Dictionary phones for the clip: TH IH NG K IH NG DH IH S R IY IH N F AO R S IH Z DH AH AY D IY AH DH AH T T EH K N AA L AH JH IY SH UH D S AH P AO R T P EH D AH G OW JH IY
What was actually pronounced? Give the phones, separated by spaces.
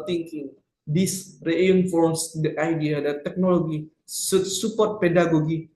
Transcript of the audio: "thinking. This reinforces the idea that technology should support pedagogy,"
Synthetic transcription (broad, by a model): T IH NG K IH NG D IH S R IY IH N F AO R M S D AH AY D IY AH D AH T T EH K N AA L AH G IY S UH S AH P AO R T P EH D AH G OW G IY